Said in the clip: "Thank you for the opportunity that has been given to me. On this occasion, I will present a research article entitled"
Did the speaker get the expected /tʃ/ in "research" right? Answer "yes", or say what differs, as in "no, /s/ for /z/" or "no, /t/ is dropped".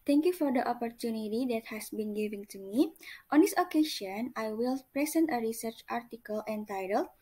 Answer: yes